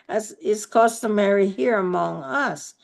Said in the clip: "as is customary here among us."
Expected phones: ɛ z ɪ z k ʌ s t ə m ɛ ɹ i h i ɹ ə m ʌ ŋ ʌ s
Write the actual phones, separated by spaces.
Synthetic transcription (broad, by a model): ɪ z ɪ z k ʌ s t ə m ɛ ɹ i h i ɹ ə m ʌ ŋ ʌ s